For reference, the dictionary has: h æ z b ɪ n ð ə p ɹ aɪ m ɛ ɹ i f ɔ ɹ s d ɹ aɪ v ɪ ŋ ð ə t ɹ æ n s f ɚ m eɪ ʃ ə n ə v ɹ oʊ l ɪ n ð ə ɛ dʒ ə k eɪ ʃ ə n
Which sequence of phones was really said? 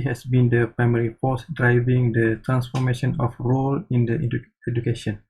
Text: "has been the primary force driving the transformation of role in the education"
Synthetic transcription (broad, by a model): h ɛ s b ɪ n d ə p ɹ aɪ m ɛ ɹ i p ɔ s d ɹ aɪ v ɪ ŋ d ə t ɹ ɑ n s f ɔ m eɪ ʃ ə n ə f ɹ oʊ l ɪ n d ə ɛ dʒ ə k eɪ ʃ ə n